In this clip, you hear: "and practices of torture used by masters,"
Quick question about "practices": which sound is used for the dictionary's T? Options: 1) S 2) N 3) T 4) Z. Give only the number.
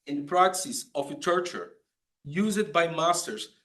1